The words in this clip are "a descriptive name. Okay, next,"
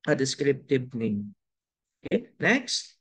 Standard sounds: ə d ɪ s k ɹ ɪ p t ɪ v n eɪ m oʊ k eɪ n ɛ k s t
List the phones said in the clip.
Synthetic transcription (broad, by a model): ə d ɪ s k ɹ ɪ p t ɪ b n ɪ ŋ oʊ k eɪ n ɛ k s t